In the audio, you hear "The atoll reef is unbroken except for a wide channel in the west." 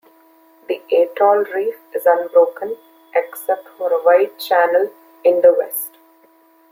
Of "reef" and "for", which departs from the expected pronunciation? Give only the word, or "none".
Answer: none